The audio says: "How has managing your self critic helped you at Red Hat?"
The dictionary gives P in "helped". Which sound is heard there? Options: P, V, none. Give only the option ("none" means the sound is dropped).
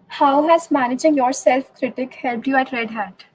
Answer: P